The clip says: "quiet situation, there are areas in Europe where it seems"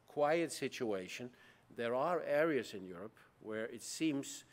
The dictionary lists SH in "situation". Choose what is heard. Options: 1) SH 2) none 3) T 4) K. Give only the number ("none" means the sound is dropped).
1